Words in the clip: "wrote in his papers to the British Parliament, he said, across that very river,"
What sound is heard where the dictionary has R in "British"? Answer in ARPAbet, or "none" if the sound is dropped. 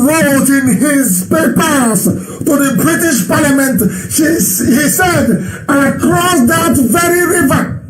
R